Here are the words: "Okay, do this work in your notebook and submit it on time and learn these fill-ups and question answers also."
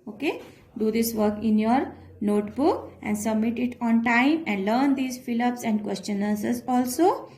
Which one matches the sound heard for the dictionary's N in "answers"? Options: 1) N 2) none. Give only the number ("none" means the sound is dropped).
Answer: 2